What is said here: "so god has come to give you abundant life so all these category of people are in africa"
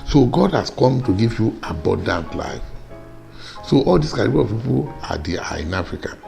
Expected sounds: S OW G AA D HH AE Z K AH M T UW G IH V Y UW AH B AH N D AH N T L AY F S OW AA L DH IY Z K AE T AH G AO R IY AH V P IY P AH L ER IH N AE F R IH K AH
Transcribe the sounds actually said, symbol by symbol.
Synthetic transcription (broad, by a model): S OW G AA D HH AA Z K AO M T UW G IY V Y UW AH B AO N D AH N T L AY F S OW AA L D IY S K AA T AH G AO L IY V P IY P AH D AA IH N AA F R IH K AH